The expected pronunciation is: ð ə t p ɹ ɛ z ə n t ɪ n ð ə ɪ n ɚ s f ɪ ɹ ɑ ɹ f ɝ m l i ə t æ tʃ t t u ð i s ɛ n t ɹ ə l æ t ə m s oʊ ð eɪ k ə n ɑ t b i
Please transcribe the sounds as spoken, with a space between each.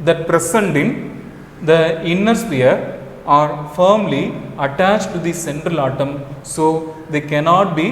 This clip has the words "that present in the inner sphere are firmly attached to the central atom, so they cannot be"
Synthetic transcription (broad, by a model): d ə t p ɹ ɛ s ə n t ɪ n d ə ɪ n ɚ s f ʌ ɹ ɑ ɹ f ɝ m l i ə t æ tʃ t t u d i s ɛ n t ɹ ə l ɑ t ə m s oʊ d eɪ k ə n ɑ t b i